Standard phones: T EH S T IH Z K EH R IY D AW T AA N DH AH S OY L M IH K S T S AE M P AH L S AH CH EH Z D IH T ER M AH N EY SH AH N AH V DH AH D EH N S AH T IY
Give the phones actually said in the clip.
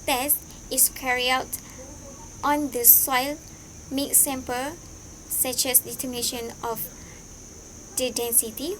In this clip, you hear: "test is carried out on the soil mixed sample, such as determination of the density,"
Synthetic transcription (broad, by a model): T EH S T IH S K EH R IY AW T AA N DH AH S OY L M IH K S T S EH M P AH S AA CH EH S D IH T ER M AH N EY SH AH N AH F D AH D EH N S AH T IY